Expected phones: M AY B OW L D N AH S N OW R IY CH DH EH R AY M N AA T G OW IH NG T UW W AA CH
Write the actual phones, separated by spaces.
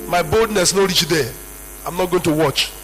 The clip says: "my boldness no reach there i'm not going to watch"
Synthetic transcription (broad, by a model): M AY B OW L D N AH S N OW R IY CH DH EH AY M N AA T G OW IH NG T UW W AA CH